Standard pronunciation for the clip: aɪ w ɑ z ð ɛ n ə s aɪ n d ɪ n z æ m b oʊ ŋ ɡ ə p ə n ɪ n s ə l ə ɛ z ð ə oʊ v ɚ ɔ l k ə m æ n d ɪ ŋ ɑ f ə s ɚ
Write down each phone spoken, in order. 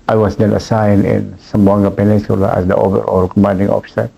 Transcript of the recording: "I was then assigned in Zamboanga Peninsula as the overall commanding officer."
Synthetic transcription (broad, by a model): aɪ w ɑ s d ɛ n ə s aɪ n ɪ n s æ m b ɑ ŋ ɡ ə p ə n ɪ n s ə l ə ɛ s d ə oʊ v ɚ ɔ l k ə m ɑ n d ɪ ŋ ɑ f s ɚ